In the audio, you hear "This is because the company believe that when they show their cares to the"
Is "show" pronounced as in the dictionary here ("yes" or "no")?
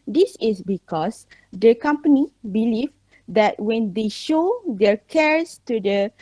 yes